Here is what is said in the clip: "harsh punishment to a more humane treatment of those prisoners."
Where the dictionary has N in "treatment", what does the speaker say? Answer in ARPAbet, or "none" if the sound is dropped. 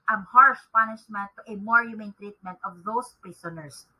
N